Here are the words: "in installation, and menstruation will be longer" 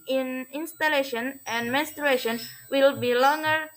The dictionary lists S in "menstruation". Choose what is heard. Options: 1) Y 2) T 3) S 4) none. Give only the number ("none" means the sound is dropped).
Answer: 3